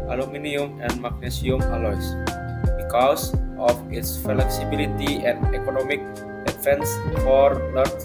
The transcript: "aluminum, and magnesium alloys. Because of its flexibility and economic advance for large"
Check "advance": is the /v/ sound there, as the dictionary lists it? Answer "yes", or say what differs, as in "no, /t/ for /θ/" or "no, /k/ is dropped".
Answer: no, /f/ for /v/